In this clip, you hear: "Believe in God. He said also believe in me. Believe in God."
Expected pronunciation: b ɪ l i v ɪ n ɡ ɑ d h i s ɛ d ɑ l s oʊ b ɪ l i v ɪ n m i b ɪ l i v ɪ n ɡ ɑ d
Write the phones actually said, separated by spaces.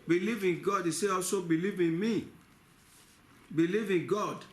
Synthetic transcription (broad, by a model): b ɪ l i v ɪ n ɡ ɑ d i s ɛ ɑ l s oʊ b ɪ l i v ɪ n m i b ɪ l i v ɪ n ɡ ɑ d